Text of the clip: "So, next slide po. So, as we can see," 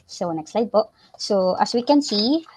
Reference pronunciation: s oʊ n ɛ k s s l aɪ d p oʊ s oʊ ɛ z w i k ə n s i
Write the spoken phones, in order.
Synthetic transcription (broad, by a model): s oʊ n ɛ k s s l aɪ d b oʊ s oʊ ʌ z w i k ə n s i